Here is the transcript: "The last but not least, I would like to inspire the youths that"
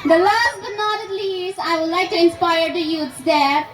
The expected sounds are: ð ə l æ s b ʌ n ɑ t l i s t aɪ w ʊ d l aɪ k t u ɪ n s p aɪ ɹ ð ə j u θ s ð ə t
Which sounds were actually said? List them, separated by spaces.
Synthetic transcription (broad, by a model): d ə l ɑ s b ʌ n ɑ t l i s aɪ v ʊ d l aɪ k t u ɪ n s p aɪ ɹ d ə j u t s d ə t